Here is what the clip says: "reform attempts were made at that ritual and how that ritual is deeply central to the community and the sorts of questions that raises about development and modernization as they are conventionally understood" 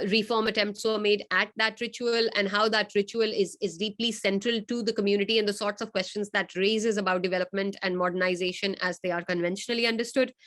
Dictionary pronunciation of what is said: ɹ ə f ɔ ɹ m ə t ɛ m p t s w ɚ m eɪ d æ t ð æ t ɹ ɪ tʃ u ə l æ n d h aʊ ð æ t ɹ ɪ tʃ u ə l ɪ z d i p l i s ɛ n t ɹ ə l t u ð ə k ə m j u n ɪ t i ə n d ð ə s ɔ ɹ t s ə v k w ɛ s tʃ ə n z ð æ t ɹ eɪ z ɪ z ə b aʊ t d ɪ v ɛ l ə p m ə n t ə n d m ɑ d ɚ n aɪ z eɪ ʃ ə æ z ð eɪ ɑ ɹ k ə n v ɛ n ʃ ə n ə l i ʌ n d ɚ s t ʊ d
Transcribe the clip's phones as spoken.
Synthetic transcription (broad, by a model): ɹ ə f ɔ ɹ m ə t ɛ m p t s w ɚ m eɪ d æ t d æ t ɹ ɪ tʃ u ə l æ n d h aʊ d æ t ɹ ɪ tʃ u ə l ɪ z d i p l i s ɛ n t ɹ ə l t u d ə k ə m j u n ɪ t i ə n d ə s ɔ ɹ t s ə v k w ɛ s tʃ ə n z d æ t ɹ eɪ z ɪ z ə b aʊ t d ɪ v ɛ l ə p m ə n t ə n d m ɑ d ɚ n aɪ z eɪ ʃ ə æ z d eɪ ɑ ɹ k ə n v ɛ n ʃ ə n ə l i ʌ n d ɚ s t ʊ d